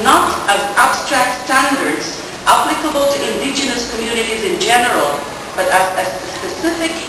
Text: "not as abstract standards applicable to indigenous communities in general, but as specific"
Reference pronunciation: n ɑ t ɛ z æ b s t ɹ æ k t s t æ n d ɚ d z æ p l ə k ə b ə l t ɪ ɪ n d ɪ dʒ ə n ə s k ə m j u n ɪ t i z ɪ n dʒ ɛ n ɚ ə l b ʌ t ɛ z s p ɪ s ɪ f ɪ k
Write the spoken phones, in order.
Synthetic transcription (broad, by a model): n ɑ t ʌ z æ b s t ɹ æ k t s t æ n d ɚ d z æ p l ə k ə b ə l t ɪ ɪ n d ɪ dʒ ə n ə s k ə m j u n ɪ t i z ɪ n dʒ ɛ n ɚ ə l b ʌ t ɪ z s p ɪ s ɪ f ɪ k